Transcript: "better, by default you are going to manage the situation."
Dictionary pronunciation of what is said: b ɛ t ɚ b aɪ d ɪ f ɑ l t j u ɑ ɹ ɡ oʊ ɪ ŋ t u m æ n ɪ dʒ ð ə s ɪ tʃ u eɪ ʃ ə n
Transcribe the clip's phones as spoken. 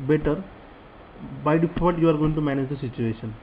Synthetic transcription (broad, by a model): b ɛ t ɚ b aɪ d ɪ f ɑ t j u ɑ ɹ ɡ oʊ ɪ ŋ t u m æ n ɪ dʒ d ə s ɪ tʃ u eɪ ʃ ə n